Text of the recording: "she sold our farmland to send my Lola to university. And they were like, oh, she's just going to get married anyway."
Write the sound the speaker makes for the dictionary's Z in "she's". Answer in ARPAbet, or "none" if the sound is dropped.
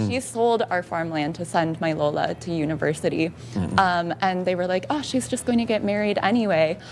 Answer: Z